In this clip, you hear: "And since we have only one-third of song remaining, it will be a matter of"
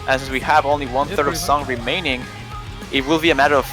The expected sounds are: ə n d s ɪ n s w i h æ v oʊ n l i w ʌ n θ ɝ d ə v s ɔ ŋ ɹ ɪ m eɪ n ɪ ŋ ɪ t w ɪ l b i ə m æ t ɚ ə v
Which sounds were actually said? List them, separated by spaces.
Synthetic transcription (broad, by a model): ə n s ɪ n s w i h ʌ v oʊ n l i w ʌ n θ ɝ d ə v s ɔ ŋ ɹ ɪ m eɪ n ɪ ŋ ɪ t w ɪ l b i ə m æ t ɚ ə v